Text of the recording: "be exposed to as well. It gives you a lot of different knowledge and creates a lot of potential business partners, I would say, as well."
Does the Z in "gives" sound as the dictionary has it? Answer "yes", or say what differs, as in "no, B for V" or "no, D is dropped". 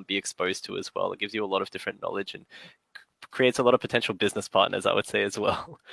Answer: yes